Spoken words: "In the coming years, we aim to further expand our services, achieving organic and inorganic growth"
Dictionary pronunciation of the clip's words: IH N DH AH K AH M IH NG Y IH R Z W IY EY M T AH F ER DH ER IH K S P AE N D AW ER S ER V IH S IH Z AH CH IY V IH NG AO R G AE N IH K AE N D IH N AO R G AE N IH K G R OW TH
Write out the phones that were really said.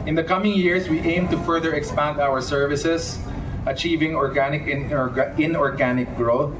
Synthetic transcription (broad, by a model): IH N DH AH K AH M IH NG Y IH R S W IY EY M T AH F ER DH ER IH K S P AE N D AW ER S ER V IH S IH S AH CH IY V IH NG AO R G AE N IH K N IH N AO R G AE N IH K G R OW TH